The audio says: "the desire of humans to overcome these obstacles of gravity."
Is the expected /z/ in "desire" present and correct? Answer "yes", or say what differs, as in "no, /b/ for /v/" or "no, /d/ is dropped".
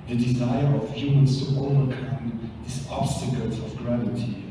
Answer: yes